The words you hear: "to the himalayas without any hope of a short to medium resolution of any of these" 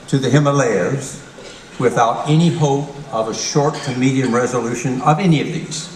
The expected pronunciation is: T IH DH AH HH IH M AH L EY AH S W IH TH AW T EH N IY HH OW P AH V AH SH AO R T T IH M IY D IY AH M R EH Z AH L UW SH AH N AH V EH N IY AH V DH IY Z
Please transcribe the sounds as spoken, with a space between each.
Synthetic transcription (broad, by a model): T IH DH AH HH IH M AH L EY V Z W IH TH AW T EH N IY HH OW P AH V AH SH AO R T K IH M IY D IY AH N R EH Z AH L UW SH AH N AH V EH N IY AH V DH IY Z